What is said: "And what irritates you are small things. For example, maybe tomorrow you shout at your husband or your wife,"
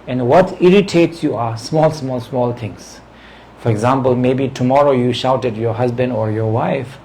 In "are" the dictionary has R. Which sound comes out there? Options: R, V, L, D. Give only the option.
L